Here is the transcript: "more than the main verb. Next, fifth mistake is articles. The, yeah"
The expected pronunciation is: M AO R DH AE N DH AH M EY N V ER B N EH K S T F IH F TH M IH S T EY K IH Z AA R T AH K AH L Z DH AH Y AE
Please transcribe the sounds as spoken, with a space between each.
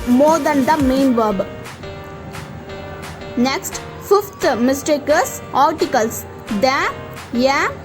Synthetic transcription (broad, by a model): M AO R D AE N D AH M EY N V ER B N EH K S T F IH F T M IH S T EY K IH S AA R T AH K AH L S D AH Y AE